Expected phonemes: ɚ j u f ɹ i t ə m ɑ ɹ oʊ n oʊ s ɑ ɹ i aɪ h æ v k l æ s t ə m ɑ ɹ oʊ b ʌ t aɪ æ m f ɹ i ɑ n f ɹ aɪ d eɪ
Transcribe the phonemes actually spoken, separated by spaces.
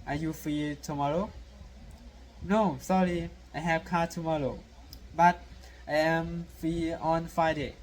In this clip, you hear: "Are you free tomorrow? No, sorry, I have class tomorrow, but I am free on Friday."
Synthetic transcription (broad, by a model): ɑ j u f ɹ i t ə m ɑ ɹ oʊ n oʊ s ɑ ɹ i aɪ h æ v k ɑ t ə m ɑ ɹ oʊ b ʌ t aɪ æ m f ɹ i ɑ n f ɹ aɪ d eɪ